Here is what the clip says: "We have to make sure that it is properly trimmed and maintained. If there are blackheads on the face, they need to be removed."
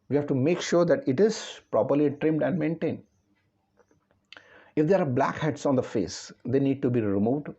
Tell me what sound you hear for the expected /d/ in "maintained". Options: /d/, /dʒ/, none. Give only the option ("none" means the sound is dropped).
/d/